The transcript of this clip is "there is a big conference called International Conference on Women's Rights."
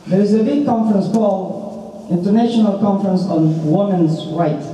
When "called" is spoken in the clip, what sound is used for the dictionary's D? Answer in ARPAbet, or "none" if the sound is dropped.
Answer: none